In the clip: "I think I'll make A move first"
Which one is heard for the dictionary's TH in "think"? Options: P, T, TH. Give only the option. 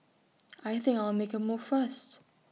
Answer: TH